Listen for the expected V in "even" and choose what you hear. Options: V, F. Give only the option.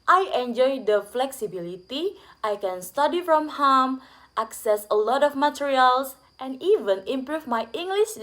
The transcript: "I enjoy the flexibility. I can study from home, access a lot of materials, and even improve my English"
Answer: V